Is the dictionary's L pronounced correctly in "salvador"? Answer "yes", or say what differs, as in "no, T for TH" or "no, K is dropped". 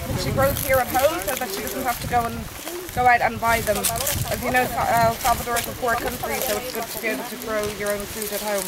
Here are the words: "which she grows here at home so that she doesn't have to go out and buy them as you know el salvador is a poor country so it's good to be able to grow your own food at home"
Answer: no, L is dropped